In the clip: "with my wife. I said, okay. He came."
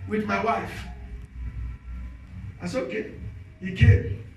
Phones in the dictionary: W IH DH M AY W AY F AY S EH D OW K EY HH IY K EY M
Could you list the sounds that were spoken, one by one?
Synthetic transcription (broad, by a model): W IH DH M AY W AY F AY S OW K EY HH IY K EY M